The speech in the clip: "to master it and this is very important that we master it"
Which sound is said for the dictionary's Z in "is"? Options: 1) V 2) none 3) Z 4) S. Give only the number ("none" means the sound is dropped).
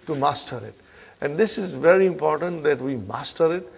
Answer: 3